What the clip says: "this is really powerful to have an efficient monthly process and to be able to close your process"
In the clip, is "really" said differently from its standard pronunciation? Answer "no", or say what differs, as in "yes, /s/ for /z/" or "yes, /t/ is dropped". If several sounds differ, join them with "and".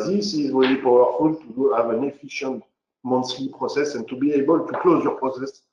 yes, /w/ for /ɹ/